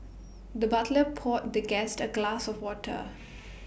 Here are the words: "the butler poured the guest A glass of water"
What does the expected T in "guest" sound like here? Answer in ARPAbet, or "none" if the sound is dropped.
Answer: T